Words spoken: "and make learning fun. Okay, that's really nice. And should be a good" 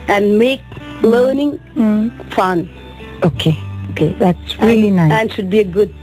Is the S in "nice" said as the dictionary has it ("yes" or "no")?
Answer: no